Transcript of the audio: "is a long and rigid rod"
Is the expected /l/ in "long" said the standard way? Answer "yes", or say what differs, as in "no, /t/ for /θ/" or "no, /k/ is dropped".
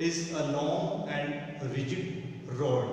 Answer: no, /n/ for /l/